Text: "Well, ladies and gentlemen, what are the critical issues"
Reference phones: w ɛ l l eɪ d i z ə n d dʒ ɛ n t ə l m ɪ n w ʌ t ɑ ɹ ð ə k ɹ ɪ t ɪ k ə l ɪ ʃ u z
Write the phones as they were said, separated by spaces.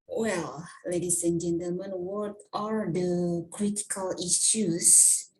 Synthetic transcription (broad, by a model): w ɛ l l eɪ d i s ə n dʒ ɛ n t ə l m ɪ n w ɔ t ɑ ɹ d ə k ɹ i t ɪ k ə l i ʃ u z